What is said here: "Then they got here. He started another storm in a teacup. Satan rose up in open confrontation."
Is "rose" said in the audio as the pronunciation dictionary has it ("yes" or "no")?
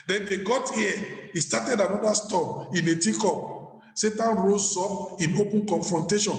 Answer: no